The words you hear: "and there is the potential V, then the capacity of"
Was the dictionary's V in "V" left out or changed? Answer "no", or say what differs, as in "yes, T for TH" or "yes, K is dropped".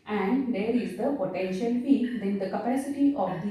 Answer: yes, F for V